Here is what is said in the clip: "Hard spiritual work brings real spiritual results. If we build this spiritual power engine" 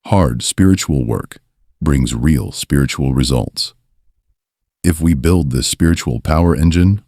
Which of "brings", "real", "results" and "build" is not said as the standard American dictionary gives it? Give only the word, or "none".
none